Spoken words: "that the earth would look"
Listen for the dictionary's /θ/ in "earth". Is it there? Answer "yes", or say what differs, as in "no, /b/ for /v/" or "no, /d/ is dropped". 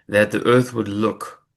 yes